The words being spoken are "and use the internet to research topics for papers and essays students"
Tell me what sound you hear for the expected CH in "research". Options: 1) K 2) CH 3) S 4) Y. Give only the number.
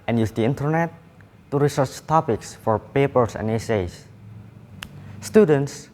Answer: 2